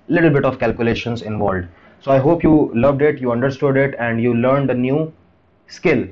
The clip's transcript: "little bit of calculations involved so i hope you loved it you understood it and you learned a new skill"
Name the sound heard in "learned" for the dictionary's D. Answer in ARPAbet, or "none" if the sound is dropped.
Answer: D